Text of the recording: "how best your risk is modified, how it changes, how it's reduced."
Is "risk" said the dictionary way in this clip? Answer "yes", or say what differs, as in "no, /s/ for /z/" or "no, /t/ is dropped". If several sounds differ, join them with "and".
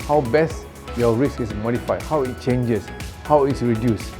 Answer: no, /k/ is dropped